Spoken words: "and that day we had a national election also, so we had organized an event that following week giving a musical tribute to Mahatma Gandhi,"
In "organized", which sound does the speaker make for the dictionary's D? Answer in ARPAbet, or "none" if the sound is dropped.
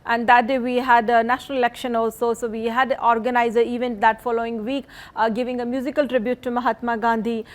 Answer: none